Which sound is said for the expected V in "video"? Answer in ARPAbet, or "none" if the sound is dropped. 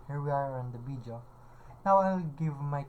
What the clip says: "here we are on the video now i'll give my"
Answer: B